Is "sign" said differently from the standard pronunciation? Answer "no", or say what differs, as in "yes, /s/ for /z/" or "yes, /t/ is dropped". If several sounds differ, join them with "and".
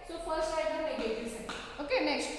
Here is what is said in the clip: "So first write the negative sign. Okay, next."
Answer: yes, /n/ is dropped